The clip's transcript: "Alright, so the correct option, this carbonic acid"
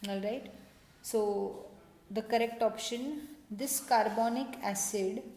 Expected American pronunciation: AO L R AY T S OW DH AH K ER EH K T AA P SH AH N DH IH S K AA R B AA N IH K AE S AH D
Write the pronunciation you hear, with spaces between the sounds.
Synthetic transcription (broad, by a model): AO L R AY T S OW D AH K ER EH K T AA P SH AH N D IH S K AA R B AA N IH K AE S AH D